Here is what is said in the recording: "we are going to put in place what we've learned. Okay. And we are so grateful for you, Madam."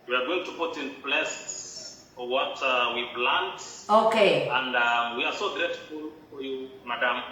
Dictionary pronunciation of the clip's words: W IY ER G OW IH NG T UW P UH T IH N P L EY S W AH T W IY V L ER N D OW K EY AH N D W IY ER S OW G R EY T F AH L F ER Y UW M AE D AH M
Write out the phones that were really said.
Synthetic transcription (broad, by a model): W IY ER G OW IH NG T UW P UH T IH N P L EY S W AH T W IY P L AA N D OW K EY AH N D W IY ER S OW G R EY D F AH L F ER Y UW M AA D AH M